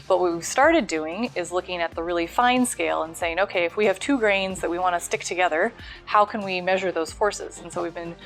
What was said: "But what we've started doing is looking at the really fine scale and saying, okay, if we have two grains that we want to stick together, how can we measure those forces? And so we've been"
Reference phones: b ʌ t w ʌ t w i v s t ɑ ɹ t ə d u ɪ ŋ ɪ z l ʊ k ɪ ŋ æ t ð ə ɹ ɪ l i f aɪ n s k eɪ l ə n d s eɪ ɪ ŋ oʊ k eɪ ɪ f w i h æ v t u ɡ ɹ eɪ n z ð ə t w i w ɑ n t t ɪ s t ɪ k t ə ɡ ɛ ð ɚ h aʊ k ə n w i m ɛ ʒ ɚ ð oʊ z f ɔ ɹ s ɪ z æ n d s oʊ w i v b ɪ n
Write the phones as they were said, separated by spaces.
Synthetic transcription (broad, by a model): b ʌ t w ʌ t w i v s t ɑ ɹ t ə d u ɪ ŋ ɪ z l ʊ k ɪ ŋ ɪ t ð ə ɹ ɪ l i f aɪ n s k eɪ l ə n s eɪ ɪ ŋ oʊ k eɪ ɪ f w i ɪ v t u ɡ ɹ eɪ n z ð ə t w i w ɑ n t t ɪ s t ɪ k t ə ɡ ɛ ð ɚ h aʊ k ə n w i m ɛ ʒ ɚ ð oʊ z f ɔ ɹ s ɪ z n s oʊ w i v b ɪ n